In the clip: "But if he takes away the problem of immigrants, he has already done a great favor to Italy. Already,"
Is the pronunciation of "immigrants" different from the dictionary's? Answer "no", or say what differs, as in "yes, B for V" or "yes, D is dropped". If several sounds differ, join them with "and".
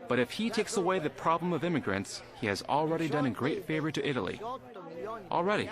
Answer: no